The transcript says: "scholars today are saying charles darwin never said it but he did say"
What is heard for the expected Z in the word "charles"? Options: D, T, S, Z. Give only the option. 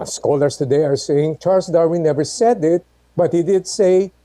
S